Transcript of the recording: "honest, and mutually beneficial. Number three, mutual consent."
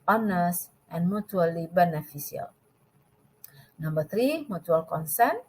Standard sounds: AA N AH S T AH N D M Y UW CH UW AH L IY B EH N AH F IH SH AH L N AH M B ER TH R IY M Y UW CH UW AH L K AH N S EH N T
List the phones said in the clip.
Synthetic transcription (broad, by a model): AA N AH S T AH N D M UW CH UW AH L IY B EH N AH F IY S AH L N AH M B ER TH R IY M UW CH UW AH L K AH N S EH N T